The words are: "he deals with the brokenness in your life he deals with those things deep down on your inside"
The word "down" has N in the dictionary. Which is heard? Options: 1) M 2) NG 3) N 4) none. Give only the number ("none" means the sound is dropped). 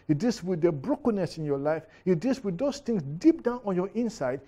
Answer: 3